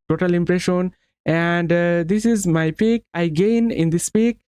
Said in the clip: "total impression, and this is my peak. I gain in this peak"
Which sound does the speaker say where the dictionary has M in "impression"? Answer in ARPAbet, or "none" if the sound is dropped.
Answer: M